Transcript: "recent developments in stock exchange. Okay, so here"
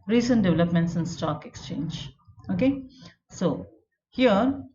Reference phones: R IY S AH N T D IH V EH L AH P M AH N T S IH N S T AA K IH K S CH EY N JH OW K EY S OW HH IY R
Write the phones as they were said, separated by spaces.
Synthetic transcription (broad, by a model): R IY S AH N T D IH V EH L AH P M AH N T S IH N S T AA K IH K S CH EY N JH OW K EY S OW HH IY R